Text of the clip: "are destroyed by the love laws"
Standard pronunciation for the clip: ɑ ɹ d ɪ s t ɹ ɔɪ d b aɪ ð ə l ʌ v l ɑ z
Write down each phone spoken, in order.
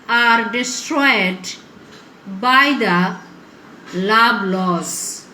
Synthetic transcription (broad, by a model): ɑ ɹ d ɪ s t ɹ ɔɪ d b aɪ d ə l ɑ b l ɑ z